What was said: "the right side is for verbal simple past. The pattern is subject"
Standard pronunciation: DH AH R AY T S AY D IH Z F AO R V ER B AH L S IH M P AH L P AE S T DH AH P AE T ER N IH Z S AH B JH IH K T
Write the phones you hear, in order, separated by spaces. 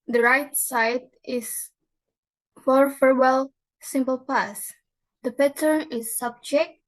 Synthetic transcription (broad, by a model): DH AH R AY T S AY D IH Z F AO R F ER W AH L S IH M P AH L P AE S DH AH P AE T ER N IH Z S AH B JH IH K T